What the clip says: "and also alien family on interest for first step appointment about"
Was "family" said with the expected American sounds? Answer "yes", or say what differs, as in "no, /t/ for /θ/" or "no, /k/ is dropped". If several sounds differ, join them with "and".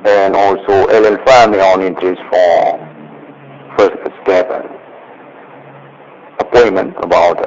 no, /l/ is dropped